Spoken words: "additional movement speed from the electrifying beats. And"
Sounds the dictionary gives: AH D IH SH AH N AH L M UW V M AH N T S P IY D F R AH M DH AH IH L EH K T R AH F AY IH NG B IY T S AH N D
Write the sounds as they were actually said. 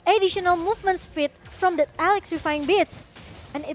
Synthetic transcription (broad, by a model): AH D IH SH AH N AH L M UW V M AH N T S F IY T F R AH M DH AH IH L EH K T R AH F AY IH NG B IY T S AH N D